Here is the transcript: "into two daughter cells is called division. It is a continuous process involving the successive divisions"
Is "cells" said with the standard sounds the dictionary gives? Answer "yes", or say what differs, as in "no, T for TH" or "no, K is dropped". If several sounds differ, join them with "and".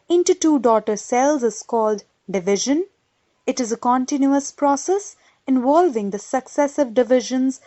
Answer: yes